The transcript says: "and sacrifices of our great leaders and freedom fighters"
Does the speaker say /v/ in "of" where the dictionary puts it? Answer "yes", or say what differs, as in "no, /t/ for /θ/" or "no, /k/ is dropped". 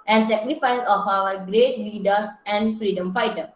no, /w/ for /v/